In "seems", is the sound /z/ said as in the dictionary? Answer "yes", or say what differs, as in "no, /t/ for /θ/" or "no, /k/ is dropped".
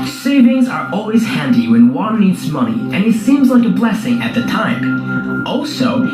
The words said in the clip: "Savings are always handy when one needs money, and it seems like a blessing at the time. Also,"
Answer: yes